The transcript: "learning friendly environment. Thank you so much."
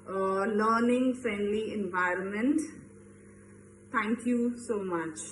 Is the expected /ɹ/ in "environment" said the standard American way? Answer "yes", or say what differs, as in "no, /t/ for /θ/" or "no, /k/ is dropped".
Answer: yes